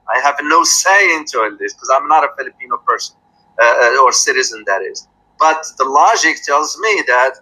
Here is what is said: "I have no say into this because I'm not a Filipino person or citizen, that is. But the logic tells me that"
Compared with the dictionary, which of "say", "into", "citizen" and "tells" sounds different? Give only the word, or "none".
none